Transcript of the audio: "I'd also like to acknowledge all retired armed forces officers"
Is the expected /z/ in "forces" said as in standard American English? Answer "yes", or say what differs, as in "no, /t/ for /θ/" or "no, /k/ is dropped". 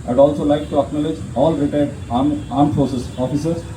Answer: no, /s/ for /z/